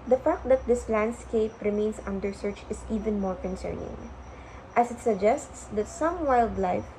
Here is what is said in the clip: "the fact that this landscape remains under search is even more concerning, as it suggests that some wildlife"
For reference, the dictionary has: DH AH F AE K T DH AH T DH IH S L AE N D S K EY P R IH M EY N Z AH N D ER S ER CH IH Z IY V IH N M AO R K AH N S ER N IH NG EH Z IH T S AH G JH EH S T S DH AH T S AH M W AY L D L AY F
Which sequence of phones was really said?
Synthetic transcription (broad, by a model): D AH F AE K T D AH T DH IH S L AE N D S K EY P R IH M EY N S AH N D ER S ER CH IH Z IY V IH N M AO R K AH N S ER N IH NG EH S IH T S AH G JH EH S T S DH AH T S AH M W AY L D L AY F